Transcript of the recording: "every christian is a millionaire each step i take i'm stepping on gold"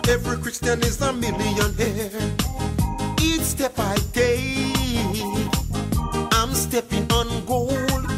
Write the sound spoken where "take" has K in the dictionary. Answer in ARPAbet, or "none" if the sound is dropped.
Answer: none